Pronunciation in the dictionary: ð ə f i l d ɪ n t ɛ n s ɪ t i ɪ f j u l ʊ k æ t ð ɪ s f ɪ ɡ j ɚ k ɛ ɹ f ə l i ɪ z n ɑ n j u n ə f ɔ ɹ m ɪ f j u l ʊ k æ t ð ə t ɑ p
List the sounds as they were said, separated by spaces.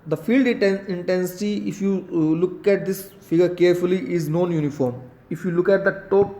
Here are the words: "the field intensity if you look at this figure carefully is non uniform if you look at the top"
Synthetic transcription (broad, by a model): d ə f i l d ɪ n t ɛ n s ɪ t i ɪ f j u l ʊ k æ t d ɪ s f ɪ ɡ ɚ k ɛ ɹ f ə l i ɪ z n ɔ n j u n ə f ɔ ɹ m ɪ f j u l ʊ k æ t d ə t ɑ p